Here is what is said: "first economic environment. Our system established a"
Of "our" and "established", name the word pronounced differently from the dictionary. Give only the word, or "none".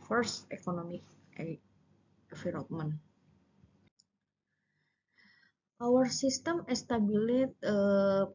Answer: established